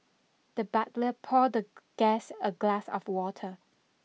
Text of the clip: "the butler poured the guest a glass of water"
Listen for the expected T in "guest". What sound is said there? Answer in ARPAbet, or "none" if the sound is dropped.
none